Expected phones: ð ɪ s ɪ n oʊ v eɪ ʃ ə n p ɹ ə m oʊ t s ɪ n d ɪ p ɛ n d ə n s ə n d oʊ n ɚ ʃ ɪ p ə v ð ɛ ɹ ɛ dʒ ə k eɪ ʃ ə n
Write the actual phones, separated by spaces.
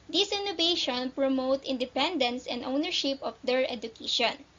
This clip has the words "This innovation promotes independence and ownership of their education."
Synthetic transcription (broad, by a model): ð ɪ s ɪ n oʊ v eɪ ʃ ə n p ɹ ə m oʊ t ɪ n d ɪ p ɛ n d ə n s ə n d oʊ n ɚ ʃ ɪ p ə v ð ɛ ɹ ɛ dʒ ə k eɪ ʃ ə n